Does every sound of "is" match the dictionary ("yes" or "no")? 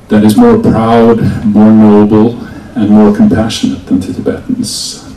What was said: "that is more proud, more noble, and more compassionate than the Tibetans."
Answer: yes